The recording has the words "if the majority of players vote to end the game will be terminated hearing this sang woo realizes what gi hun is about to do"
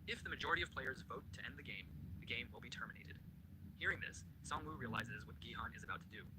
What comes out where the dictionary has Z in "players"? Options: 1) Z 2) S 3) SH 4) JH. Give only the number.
1